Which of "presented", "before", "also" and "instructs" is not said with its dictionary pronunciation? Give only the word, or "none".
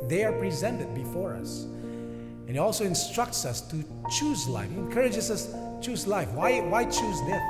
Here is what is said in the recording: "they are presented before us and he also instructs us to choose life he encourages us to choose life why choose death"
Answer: none